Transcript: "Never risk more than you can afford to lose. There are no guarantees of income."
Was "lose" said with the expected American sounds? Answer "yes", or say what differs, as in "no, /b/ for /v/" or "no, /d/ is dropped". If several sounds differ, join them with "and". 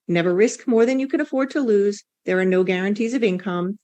yes